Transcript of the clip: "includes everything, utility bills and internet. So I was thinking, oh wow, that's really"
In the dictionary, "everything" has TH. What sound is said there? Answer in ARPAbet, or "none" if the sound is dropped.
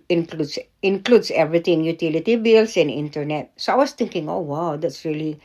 T